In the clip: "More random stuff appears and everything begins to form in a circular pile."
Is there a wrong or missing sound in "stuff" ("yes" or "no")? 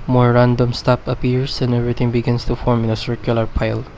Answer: yes